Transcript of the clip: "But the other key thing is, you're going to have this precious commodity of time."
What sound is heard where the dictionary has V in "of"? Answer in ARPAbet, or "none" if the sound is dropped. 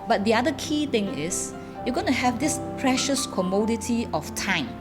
F